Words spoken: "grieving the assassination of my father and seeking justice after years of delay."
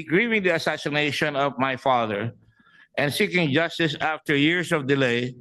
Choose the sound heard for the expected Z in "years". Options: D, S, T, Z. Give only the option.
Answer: S